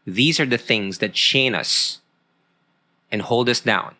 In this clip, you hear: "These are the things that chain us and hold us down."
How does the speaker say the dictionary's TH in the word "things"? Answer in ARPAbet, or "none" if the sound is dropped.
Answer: TH